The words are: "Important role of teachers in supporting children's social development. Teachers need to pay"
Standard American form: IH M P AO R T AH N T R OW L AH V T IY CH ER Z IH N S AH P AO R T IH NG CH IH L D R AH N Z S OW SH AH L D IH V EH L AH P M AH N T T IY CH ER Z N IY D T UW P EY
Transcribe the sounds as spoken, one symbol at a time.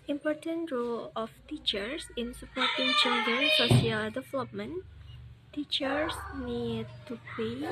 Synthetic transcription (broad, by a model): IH M P AO R T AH N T R OW L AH F T IY CH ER S IH N S AH P AO R T IH NG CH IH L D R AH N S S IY AH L D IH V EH L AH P M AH N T T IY CH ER S N IY D T UW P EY